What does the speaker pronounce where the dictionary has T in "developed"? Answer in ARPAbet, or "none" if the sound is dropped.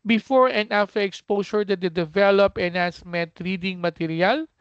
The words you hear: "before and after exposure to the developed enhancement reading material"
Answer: none